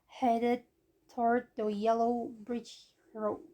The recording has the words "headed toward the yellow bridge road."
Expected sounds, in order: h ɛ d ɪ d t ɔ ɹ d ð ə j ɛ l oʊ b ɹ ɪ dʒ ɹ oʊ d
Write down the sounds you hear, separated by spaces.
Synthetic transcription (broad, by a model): h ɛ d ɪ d t ɔ ɹ d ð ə j ɛ l oʊ b ɹ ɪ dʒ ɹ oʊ